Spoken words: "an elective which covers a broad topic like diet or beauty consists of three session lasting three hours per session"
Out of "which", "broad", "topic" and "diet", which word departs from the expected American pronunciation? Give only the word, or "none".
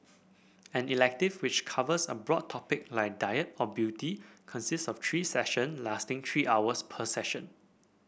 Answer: none